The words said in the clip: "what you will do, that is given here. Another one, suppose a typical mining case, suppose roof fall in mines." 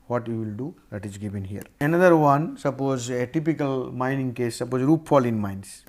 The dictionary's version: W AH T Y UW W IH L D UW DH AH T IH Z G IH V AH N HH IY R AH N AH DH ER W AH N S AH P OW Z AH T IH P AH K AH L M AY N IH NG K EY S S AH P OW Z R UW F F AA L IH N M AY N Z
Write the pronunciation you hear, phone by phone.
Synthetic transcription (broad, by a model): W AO T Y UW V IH L D UW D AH T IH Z G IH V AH N HH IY R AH N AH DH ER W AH N S AH P OW Z AH T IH P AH K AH L M AY N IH NG K EY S S AH P OW Z R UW P F AA L IH N M AY N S